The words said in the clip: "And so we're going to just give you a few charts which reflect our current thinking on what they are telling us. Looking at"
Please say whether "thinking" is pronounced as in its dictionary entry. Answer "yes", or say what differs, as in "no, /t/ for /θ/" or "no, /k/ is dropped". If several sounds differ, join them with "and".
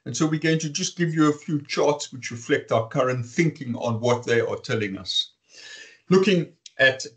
yes